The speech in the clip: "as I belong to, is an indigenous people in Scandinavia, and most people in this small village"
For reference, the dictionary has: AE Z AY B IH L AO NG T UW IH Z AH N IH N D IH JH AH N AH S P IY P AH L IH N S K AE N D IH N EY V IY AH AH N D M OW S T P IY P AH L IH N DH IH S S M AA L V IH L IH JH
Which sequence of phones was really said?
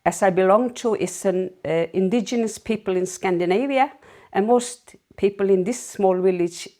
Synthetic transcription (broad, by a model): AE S AY B IH L AO NG T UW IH S AH N IH N D IH JH AH N AH S P IY P AH L IH N S K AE N D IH N EY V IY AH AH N M OW S T P IY P AH L IH N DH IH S S M AA L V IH L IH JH